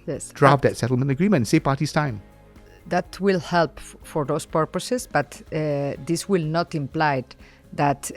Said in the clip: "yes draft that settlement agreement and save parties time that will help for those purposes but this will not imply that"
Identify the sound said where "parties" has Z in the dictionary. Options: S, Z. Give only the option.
S